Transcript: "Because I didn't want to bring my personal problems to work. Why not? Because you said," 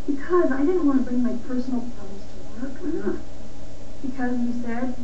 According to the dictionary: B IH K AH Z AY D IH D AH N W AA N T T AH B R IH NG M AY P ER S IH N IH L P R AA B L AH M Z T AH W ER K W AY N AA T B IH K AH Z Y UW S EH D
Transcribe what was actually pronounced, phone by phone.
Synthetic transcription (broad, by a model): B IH K AH Z AY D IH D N W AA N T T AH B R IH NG M AY P ER S N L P AA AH Z T AH W ER K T B IH K AH Z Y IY S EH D